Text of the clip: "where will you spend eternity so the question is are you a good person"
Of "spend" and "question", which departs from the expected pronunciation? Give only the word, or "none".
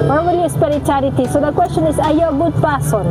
spend